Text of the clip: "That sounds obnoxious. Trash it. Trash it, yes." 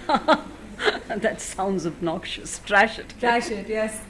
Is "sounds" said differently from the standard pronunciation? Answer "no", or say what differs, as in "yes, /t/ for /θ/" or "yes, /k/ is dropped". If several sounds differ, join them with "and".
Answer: no